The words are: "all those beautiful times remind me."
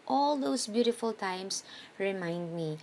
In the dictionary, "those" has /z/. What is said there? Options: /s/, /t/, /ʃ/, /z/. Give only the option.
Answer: /s/